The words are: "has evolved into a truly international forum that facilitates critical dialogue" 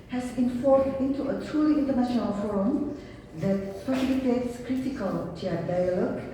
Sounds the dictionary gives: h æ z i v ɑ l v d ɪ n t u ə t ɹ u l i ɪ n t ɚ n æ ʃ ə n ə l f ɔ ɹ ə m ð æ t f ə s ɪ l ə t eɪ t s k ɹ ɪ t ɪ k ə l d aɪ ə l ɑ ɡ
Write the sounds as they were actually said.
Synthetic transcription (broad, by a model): h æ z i f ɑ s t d ɪ n t u ə t ɹ u l i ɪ n t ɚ n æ ʃ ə n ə l f ɔ ɹ ə m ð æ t p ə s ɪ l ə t eɪ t s k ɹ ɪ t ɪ k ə l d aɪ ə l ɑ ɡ